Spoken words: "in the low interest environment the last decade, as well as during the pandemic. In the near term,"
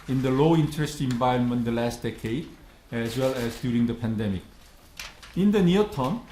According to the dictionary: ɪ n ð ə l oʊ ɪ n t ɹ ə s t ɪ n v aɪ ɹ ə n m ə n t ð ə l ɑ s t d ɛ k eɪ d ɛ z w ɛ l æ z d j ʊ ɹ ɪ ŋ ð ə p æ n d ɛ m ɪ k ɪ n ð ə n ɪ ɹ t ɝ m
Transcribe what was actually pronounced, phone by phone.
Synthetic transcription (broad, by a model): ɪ n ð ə l oʊ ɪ n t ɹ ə s t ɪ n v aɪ ə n m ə n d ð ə l ɑ s t d ɛ k eɪ d ɛ z w ɛ l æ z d j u ɹ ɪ ŋ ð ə p æ n d ɛ m ɪ k ɪ n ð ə n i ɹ t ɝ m